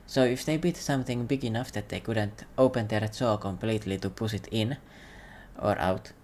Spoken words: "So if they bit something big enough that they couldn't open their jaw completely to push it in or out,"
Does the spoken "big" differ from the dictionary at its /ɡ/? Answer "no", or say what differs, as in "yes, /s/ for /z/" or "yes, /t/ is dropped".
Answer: no